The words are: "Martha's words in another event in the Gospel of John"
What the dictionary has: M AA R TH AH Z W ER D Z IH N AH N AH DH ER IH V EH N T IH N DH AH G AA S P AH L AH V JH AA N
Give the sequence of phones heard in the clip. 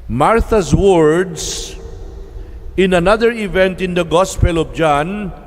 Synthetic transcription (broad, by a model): M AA R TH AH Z W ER D S IH N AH N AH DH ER IH V EH N T IH N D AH G AA S P AH L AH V JH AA N